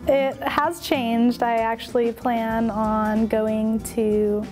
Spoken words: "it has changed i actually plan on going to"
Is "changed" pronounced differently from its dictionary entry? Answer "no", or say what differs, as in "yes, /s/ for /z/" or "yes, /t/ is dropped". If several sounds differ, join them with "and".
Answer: no